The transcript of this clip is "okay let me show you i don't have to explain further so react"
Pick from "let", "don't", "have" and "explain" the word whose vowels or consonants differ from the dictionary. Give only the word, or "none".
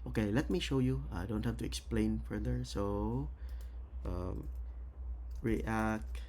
have